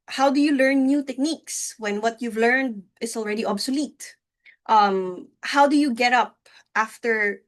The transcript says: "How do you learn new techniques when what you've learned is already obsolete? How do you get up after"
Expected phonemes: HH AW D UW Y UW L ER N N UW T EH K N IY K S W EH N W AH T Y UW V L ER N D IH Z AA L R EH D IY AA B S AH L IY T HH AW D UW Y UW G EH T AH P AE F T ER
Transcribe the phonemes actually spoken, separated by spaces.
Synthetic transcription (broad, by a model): HH AW D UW Y UW L ER N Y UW T EH K N IY K S W EH N W AH T Y UW V L ER N D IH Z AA L R EH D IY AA B S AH L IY T HH AW D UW Y UW G EH T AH P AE F T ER